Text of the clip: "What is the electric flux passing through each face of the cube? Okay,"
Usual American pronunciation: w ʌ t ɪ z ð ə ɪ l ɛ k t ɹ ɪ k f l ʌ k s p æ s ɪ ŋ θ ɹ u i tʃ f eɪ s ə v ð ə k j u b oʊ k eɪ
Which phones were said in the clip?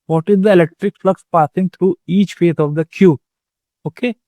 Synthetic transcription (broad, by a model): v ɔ t ɪ z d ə ɪ l ɛ k t ɹ ɪ k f l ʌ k s p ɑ s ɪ ŋ t ɹ u i tʃ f eɪ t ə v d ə k j u oʊ k eɪ